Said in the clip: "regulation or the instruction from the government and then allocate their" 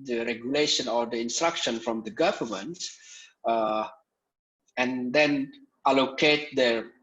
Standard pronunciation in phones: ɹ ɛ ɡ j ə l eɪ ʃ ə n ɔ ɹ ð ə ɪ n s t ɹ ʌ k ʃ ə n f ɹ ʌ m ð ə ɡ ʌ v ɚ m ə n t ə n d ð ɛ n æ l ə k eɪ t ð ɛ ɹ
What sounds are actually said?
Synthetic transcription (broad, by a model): ɹ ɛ ɡ j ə l eɪ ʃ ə n ɔ ɹ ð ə ɪ n s t ɹ ʌ k ʃ ə n f ɹ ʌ m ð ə ɡ ʌ v ɚ m ə n t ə n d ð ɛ n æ l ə k eɪ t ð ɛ